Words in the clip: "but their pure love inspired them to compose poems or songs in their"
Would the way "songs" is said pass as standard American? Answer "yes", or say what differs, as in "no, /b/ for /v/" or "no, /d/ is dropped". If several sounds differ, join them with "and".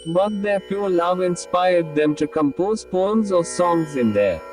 yes